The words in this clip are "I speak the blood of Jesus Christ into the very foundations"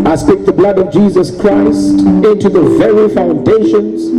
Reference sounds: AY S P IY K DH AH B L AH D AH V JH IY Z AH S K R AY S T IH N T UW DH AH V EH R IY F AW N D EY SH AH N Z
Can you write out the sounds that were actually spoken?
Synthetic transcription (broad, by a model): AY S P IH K DH AH B L AH D AH V JH IY Z AH S K R AY S T IH N T UW DH AH V EH R IY F AW N D EY SH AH N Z